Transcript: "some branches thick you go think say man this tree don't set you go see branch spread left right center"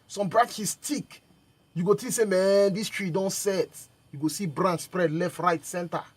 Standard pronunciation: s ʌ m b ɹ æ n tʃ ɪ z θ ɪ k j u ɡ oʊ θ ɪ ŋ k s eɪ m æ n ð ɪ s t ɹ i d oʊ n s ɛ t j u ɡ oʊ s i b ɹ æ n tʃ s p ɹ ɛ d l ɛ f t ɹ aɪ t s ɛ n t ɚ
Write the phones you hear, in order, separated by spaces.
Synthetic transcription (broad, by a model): s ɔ m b ɹ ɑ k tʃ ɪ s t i k j u ɡ oʊ t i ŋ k s eɪ m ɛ n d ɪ s t ɹ i d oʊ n s ɛ t j u ɡ oʊ s i b ɹ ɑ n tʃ s p ɹ ɛ d l ɛ f t ɹ aɪ t s ɛ n t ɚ